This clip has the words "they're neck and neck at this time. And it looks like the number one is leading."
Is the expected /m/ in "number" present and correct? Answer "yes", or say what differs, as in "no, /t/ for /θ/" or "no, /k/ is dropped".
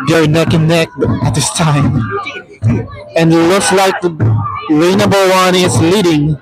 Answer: no, /m/ is dropped